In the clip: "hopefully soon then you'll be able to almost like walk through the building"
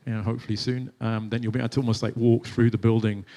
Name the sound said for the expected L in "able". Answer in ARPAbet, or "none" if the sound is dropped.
N